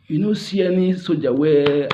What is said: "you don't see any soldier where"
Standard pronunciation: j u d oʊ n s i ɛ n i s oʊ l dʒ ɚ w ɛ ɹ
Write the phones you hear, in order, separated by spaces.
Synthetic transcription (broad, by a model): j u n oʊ s i ɛ n i s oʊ dʒ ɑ w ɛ